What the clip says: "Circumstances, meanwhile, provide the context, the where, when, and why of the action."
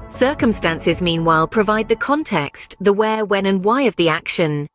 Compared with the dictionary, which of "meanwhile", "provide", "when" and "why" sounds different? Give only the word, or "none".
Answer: none